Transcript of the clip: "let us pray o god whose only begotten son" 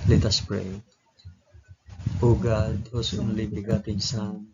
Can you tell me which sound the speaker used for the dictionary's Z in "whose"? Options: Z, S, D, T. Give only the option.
S